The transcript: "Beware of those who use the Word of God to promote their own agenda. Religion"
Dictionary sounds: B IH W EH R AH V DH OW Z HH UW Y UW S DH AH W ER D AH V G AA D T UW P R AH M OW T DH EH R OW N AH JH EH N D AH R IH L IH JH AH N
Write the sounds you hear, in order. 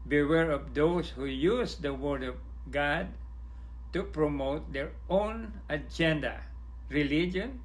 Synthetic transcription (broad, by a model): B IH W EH R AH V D OW S HH UW Y UW S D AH W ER D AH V G AA D T UW P R AH M OW T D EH R OW N AH JH EH N D AH R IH L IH JH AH N